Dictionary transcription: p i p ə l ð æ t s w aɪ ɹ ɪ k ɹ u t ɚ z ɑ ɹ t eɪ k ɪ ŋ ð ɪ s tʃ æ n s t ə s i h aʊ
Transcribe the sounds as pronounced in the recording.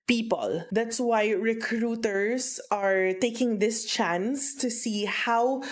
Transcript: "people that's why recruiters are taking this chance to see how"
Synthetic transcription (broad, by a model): p i p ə l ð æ t s w aɪ ɹ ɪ k ɹ u t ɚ s ɑ ɹ t eɪ k ɪ ŋ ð ɪ s tʃ æ n s t ə s i h aʊ